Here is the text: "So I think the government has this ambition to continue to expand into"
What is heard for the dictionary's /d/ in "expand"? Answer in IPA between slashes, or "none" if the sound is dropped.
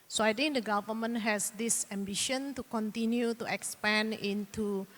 none